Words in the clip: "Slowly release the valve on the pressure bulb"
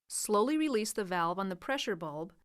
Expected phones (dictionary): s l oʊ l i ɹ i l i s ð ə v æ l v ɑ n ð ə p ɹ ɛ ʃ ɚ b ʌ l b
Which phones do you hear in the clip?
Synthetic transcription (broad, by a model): s l oʊ l i ɹ i l i s ð ə v æ l v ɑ n ð ə p ɹ ɛ ʃ ɚ b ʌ l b